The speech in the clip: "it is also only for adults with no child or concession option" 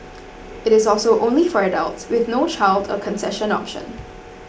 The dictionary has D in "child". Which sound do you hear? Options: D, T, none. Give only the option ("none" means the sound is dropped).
D